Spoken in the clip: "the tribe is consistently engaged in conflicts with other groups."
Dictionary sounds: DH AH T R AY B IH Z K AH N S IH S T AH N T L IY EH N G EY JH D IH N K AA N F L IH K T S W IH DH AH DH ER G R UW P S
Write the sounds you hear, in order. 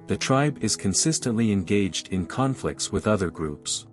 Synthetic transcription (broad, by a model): DH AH T R AY B IH Z K AH N S IH S T AH N T L IY EH N G EY JH D IH N K AA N F L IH K T S W IH DH AH DH ER G R UW P S